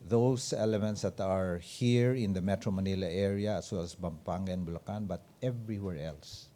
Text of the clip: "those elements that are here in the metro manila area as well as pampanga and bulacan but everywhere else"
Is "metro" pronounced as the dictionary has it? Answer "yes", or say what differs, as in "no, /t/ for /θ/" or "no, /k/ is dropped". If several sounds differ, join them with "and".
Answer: yes